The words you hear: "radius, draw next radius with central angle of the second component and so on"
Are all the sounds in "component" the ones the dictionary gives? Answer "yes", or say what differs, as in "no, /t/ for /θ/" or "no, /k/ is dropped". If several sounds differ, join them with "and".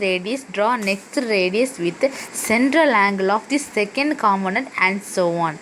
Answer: no, /p/ is dropped